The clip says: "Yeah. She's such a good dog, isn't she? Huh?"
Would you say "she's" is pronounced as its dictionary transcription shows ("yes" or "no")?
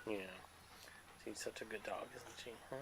no